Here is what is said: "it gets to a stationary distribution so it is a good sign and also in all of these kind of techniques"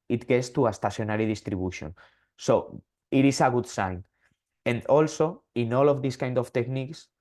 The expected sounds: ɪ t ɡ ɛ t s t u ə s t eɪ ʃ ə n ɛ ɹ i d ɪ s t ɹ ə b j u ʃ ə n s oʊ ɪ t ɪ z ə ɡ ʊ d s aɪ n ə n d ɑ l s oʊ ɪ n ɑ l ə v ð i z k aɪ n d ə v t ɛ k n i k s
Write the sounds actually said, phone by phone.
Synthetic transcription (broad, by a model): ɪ t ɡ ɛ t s t u ə s t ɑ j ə n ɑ ɹ i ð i s t ɹ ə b j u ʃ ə n s oʊ ɪ t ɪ s ə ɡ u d s aɪ n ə n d ɑ l s oʊ ɪ n ɑ l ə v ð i s k aɪ n d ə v t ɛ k n i k s